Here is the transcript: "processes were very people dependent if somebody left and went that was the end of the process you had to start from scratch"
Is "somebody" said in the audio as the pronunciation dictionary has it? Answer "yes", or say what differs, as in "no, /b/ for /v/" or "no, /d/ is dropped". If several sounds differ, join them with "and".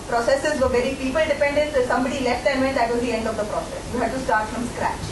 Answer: yes